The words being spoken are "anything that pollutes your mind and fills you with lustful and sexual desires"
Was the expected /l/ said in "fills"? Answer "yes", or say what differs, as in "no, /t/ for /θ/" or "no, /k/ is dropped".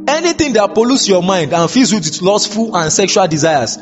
no, /l/ is dropped